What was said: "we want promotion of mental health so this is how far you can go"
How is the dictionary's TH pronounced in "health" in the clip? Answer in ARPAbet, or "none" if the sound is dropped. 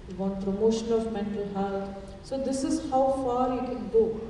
T